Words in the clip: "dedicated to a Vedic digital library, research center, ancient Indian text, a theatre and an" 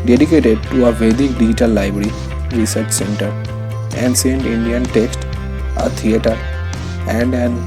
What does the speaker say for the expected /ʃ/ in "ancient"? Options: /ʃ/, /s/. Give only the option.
/s/